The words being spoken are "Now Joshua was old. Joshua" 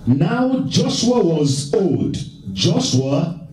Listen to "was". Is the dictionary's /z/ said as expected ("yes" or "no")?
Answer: yes